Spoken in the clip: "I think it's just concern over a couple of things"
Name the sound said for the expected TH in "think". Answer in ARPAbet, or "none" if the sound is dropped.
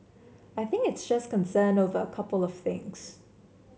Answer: TH